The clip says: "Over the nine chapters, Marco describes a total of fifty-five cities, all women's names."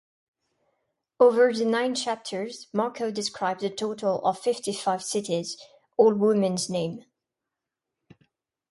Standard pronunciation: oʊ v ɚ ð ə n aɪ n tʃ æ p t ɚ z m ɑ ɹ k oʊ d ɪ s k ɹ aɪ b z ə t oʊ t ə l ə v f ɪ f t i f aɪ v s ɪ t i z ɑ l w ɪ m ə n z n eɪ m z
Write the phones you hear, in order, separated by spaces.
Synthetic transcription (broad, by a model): oʊ v ɚ ð ə n aɪ n tʃ æ p t ɚ z m ɑ ɹ k oʊ d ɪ s k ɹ aɪ b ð ə t oʊ t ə l ə v f ɪ f t i f aɪ v s ɪ t i z ɑ l w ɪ m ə n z n eɪ m